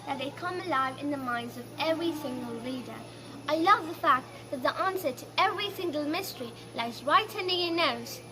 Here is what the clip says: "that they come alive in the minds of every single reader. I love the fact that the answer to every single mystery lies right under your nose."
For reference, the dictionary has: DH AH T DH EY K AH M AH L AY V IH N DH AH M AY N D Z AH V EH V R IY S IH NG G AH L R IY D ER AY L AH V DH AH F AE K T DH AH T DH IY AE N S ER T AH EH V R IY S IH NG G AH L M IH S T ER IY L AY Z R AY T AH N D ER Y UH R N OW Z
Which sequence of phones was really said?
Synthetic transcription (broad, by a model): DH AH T DH EY K AH M AH L AY V IH N DH AH M AY N D Z AH V EH V R IY S IH NG G AH L L IY D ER AY L AH V DH AH F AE K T DH AH T DH IY AE N S ER T AH EH V R IY S IH NG G AH L M IH S T ER IY L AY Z R AY T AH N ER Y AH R N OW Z